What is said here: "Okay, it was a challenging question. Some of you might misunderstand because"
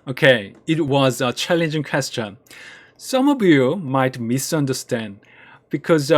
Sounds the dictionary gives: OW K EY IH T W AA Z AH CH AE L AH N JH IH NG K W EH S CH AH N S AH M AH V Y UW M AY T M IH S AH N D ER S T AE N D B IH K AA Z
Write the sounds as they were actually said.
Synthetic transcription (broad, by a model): OW K EY IH T W AA Z AH CH AE L AH N JH IH NG K W EH S CH AH N S AH M AH V Y UW M AY T M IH S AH N D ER S T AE N D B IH K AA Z